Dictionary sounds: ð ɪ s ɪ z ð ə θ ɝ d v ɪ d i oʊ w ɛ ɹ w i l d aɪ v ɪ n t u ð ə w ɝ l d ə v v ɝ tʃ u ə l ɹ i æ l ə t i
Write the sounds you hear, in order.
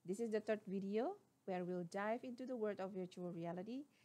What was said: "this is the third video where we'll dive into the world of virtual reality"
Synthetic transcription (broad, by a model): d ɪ s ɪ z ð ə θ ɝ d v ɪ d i oʊ w ɛ ɹ w i l d aɪ v ɪ n t u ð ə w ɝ d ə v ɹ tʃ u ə l ɹ i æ l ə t i